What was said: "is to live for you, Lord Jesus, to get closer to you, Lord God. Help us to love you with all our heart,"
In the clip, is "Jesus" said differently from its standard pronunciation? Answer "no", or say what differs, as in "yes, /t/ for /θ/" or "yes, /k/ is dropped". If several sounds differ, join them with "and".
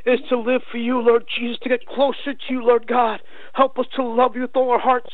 no